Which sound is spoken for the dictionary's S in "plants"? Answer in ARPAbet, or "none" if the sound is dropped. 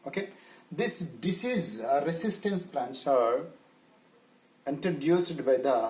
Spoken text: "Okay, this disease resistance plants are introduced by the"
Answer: S